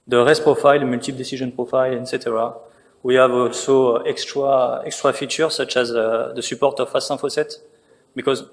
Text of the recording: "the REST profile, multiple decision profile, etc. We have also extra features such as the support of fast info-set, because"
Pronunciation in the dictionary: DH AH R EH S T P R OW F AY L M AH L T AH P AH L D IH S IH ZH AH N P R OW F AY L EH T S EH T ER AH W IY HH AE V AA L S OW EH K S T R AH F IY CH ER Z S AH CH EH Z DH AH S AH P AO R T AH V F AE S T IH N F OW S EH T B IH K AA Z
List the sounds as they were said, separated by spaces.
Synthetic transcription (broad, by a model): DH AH R EH S T P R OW F AY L M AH L T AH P D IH S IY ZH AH N P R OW F AY L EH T S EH T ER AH W IY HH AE V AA L S OW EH K S T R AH F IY CH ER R S AH CH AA Z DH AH S AH P AO R T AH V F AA S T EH F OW S EH T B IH K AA Z